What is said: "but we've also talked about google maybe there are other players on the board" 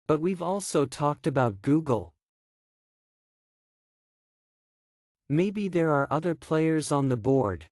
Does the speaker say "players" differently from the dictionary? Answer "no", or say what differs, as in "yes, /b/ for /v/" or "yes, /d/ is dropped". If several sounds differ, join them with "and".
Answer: no